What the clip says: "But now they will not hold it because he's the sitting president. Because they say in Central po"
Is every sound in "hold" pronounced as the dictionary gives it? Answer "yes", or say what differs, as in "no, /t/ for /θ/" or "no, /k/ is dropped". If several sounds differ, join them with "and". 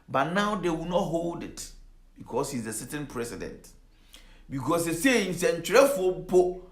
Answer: yes